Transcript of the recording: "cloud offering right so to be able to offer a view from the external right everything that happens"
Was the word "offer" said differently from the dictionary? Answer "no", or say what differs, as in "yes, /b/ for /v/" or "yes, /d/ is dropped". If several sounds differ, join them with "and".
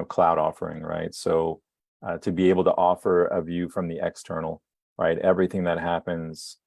no